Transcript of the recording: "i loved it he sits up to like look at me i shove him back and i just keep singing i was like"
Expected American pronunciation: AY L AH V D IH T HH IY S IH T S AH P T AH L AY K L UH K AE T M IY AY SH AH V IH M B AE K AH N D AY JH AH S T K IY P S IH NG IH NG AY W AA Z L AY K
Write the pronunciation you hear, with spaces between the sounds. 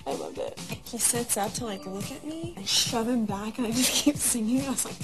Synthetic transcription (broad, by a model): AY L AH V IH T HH IY S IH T S AH P T AH L AY K L UH K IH T M IY AY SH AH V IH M B AE K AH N AY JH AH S K IY P S IH NG IH NG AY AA S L AY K